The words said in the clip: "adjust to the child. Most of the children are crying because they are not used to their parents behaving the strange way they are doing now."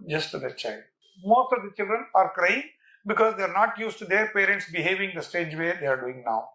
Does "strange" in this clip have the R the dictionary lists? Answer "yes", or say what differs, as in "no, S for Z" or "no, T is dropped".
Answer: no, R is dropped